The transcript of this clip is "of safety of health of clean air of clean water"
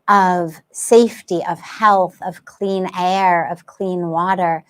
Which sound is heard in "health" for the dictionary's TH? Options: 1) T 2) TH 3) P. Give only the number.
2